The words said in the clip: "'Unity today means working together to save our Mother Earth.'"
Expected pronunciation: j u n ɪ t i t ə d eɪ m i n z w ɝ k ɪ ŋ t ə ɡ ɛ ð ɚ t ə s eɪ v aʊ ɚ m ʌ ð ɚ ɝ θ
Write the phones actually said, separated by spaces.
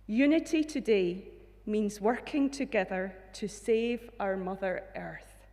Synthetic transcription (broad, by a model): j u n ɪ t i t ə d eɪ m i n z w ɝ k ɪ ŋ t ə ɡ ɛ ð ɚ t ə s eɪ v aʊ ɚ m ʌ ð ɚ ɝ θ